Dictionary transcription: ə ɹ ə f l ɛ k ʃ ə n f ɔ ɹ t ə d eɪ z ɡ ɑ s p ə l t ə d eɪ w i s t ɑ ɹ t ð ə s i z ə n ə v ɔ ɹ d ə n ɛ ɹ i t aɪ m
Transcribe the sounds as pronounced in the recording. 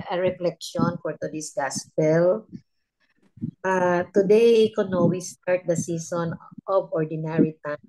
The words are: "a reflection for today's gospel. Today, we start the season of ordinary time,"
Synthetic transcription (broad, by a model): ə ɹ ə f l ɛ k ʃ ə n f ɔ ɹ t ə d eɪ s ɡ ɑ s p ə l t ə d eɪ w i s t ɑ ɹ t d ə s i s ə n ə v ɔ ɹ d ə n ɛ ɹ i t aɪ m